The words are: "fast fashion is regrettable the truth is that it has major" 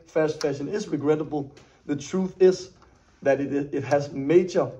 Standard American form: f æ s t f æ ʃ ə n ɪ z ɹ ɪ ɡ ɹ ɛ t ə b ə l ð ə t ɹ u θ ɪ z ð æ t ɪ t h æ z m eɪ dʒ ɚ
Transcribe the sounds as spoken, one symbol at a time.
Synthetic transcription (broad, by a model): f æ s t f æ ʃ ə n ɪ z ɹ ɪ ɡ ɹ ɛ t ə b ə l ð ə t ɹ u θ ɪ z ð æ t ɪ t h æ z m eɪ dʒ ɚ